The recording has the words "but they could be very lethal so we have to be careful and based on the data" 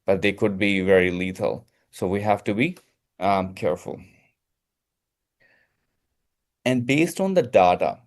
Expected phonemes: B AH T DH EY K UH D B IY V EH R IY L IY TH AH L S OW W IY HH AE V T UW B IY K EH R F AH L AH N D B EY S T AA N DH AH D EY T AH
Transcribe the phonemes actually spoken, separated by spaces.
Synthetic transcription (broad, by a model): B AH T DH EY K UH D B IY V EH R IY L IY T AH L S OW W IY HH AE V T UW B IY K EH R F AH L AH N D B EY S T AA N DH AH D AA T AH